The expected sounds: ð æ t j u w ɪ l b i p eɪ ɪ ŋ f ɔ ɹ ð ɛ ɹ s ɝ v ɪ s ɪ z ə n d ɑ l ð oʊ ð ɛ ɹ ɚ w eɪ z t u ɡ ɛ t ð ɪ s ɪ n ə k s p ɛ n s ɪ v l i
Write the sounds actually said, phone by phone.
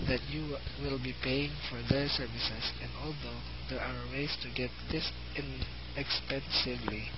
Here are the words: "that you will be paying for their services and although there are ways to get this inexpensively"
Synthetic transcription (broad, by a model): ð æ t j u w ɪ l b i p eɪ ɪ ŋ f ɔ ɹ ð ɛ ɹ s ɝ v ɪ s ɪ s ə n d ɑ l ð oʊ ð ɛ ɹ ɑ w eɪ s t u ɡ ɛ t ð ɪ s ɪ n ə k s p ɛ n s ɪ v l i